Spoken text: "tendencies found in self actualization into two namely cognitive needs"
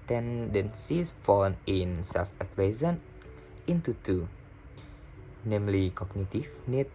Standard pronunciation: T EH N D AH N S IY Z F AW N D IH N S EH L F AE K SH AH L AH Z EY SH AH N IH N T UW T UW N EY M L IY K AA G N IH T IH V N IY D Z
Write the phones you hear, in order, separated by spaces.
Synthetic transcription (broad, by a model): T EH N D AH N S IY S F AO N IH N S EH L F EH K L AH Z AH N IH N T UW T UW N EY M L IY K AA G N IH T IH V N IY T